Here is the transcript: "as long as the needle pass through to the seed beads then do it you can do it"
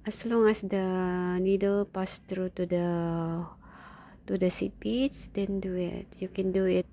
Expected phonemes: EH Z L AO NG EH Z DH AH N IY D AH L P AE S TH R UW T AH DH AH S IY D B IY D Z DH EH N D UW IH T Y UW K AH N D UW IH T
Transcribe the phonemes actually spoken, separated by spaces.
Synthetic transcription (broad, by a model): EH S L AO NG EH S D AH N IY D AH L P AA S T R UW T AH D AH S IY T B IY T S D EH N D UW IH T Y UW K AH N D UW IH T